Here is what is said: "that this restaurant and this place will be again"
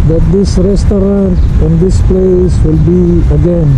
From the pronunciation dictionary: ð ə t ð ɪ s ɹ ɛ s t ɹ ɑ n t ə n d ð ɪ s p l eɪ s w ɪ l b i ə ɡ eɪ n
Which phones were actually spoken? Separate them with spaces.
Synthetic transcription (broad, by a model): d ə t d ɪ s ɹ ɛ s t ɑ t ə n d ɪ s p l eɪ s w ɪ l b i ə ɡ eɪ n